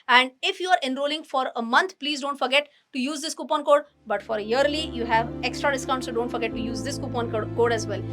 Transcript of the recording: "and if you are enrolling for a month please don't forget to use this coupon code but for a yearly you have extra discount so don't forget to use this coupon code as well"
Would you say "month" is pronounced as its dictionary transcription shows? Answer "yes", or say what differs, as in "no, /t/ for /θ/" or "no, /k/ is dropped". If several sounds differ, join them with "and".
no, /t/ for /θ/